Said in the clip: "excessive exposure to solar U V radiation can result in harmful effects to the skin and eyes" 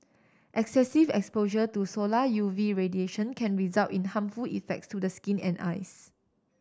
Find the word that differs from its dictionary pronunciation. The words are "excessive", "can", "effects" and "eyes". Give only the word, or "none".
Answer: eyes